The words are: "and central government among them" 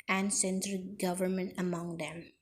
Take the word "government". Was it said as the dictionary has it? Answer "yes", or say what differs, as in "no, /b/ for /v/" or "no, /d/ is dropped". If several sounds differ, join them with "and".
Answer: yes